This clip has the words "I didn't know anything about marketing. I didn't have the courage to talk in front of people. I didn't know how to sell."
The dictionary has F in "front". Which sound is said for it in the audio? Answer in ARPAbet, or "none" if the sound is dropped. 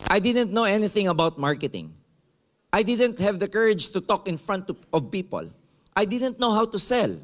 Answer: F